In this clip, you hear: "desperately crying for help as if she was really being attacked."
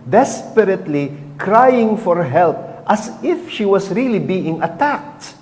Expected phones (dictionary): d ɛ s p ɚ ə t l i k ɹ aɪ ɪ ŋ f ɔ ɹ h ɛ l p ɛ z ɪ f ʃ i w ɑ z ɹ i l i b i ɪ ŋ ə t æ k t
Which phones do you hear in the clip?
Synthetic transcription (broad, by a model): d ɛ s p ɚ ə t l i k ɹ aɪ ɪ ŋ f ɔ ɹ h ɛ l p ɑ s ɪ f ʃ i w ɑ s ɹ i l i b i ɪ ŋ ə t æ k t